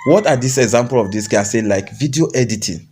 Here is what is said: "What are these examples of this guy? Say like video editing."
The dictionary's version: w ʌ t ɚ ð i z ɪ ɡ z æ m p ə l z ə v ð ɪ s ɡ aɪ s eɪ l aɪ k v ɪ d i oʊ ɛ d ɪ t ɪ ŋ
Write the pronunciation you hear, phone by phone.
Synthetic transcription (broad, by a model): w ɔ t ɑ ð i s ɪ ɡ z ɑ m p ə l ə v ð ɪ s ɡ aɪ s eɪ l aɪ k v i d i oʊ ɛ d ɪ t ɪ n